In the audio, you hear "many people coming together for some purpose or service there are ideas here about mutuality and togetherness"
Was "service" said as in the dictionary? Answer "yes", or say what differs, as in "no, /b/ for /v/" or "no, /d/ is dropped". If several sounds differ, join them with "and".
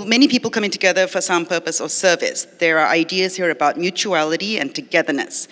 yes